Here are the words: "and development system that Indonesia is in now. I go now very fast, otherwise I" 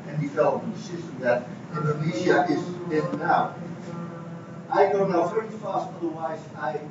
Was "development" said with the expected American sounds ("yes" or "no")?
no